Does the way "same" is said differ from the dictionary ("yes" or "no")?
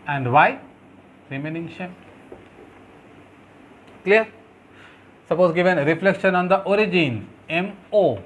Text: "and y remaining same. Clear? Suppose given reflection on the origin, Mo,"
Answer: yes